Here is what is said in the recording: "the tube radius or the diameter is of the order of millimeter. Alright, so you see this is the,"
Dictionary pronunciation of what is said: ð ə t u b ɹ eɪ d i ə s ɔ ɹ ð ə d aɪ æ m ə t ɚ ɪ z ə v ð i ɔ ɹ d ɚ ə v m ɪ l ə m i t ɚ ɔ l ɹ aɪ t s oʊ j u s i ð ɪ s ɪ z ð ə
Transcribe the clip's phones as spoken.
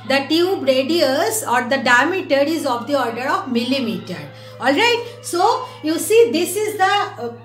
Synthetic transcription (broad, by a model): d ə t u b ɹ eɪ d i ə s ɔ ɹ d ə d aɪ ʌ m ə t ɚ ɪ z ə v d i ɔ ɹ d ɚ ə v m ɪ l ə m i t ɚ ɔ l ɹ aɪ t s oʊ j u s i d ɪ s ɪ z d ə